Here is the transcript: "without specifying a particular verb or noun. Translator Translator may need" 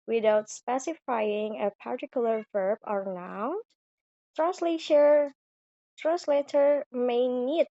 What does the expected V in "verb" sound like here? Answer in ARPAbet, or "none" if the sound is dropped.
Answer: V